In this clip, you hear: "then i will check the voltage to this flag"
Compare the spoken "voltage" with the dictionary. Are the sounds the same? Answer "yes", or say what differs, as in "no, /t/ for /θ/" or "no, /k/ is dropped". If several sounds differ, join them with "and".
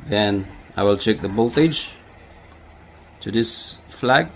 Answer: no, /b/ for /v/